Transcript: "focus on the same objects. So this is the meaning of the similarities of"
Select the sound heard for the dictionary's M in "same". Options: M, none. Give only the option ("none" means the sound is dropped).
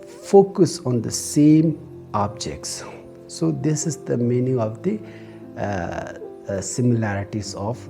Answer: M